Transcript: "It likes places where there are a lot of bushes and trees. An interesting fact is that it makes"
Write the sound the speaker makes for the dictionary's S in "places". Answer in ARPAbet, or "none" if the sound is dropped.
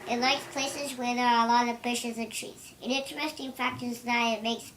S